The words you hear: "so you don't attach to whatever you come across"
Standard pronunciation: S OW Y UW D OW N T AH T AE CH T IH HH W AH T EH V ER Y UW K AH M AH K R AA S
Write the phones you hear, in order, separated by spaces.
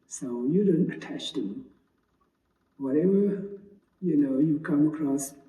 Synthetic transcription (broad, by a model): S OW Y UW D OW N T AH T AE CH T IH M W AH T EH V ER Y UW K AH M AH K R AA S